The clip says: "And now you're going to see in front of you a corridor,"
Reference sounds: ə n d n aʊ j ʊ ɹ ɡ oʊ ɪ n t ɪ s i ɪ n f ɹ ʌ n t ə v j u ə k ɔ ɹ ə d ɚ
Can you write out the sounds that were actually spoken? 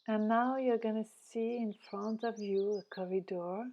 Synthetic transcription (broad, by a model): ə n n aʊ j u ɹ ɡ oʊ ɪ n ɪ s i ɪ n f ɹ ʌ n t ə v j u ə k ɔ ɹ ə d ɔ